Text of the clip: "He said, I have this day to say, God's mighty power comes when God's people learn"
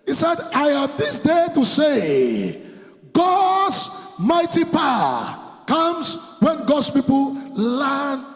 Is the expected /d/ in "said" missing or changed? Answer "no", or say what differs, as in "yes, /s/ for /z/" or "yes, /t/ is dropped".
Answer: no